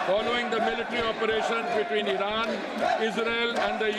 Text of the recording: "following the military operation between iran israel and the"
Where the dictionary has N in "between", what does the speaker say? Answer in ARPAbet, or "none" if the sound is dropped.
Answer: N